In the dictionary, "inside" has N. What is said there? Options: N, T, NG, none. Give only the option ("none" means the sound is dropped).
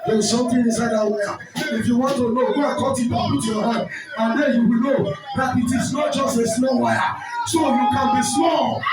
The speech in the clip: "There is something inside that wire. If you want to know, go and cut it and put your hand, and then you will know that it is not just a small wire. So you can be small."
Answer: none